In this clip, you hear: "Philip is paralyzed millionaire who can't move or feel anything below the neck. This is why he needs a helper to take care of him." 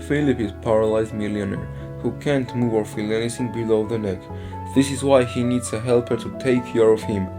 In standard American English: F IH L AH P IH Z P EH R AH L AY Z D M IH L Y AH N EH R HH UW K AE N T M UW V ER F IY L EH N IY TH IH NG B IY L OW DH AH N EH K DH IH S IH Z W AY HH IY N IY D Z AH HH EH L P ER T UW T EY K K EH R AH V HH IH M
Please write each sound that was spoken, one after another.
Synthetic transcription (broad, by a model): F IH L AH P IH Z P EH R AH L AY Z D M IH L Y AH N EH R HH UW K AE N T M UW V ER F IY L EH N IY S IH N B IY L OW DH AH N EH K DH IH S IH Z W AY HH IY N IY D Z AH HH EH L P ER T UW T EY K K EH R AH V HH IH M